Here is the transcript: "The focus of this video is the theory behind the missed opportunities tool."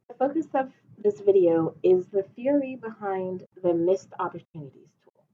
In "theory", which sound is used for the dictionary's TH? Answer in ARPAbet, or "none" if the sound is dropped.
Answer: TH